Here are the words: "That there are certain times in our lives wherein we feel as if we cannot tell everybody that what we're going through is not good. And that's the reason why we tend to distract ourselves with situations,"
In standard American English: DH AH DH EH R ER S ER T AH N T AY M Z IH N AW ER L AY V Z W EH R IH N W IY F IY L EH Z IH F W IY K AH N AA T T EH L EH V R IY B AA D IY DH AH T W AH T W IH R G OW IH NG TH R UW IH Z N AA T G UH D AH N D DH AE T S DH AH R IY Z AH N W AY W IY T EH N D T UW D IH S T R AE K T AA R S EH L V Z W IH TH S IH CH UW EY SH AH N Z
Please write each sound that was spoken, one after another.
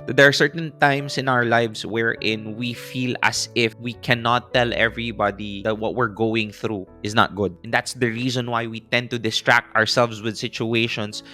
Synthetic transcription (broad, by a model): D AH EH R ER S ER T AH N T AY M S IH N AW ER L AY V S W EH R IH N W IY F IY L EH S IH F W IY K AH N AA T T EH L EH V R IY B AA D IY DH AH T W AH T W IH R G OW IH NG TH R UW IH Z N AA T G UH D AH N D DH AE T S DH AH R IY Z AH N W AY W IY T EH N D T UW D IH S T R AE K T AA R S EH L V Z W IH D S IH CH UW EY SH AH N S